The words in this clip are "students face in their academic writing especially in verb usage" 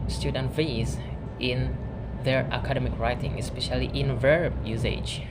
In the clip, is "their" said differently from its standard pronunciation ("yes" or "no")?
no